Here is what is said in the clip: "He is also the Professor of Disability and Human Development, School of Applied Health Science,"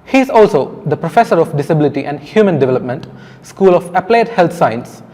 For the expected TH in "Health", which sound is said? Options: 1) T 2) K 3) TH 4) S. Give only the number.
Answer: 1